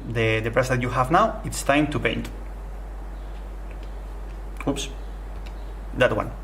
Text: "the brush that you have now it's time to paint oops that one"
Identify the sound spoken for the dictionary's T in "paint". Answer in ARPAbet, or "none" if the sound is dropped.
T